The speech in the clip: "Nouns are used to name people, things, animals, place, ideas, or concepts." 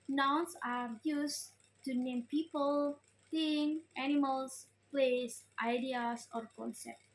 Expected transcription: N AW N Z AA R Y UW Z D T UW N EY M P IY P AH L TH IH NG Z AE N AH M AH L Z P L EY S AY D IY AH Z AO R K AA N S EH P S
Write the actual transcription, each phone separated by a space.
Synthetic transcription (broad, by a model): N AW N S AA R Y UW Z T UW N EY M P IY P AH L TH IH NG AE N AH M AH L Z P L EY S AY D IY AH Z AO R K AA N S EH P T